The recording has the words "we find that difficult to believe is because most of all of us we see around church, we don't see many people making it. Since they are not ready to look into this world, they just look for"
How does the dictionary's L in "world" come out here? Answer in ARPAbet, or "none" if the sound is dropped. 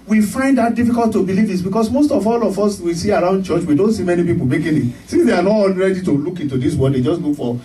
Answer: none